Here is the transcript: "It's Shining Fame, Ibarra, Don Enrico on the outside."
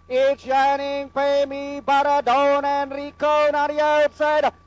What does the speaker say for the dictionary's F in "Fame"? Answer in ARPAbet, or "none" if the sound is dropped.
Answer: P